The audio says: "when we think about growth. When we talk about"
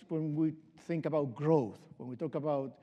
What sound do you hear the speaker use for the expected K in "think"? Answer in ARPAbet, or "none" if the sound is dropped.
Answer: K